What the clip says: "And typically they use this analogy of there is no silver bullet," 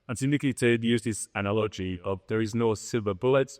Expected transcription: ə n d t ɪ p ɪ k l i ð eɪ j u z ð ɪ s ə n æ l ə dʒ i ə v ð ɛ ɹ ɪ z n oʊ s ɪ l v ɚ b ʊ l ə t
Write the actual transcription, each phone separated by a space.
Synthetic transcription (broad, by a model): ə n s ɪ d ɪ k i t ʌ j u z ð ɪ s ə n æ l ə dʒ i ə v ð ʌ ɹ ɪ z n oʊ s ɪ l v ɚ b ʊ l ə t